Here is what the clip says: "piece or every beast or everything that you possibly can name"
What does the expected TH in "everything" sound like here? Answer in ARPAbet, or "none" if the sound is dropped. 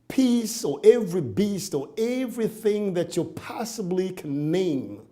TH